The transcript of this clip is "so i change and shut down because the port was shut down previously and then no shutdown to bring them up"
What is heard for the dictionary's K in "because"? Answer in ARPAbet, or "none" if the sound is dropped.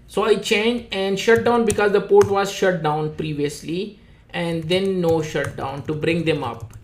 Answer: K